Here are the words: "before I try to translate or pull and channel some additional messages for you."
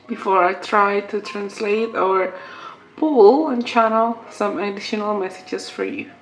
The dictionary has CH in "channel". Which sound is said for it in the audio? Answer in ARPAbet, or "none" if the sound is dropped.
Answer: CH